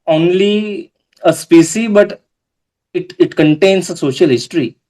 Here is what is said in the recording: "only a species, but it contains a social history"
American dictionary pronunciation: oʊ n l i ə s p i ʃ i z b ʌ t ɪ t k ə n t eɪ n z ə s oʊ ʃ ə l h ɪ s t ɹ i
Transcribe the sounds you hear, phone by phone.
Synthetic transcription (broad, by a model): oʊ n l i ə s p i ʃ i b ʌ t ɪ t k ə n t eɪ n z ə s oʊ ʃ ə l h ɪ s t ɹ i